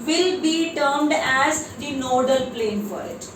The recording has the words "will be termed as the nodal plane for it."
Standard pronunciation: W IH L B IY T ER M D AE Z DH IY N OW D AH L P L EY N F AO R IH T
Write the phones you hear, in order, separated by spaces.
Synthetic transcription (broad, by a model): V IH L B IY T ER M D AE Z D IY N OW D AH L P L EY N F AO R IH T